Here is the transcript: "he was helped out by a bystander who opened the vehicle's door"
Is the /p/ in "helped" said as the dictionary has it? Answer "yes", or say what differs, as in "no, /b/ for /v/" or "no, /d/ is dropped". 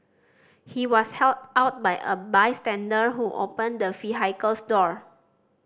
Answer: no, /p/ is dropped